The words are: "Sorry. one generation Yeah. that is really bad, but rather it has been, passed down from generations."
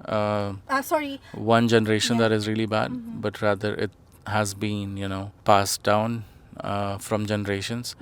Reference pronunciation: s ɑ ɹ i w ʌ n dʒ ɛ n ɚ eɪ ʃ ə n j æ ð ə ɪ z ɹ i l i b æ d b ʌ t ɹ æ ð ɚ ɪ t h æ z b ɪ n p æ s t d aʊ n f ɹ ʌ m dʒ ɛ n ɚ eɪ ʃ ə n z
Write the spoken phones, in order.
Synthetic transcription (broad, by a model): s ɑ ɹ i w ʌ n dʒ ɛ n ɚ eɪ ʃ ə n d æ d ɪ z ɹ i l i b æ d b ʌ t ɹ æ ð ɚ ɪ t h æ z b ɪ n p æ s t d aʊ n f ɹ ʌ m dʒ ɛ n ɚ eɪ ʃ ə n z